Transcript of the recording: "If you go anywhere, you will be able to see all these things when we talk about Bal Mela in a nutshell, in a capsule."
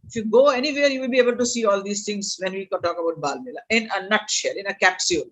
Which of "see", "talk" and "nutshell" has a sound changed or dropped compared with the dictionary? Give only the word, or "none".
none